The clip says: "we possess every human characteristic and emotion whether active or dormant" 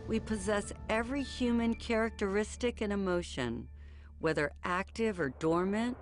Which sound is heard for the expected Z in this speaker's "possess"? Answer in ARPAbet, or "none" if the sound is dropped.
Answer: Z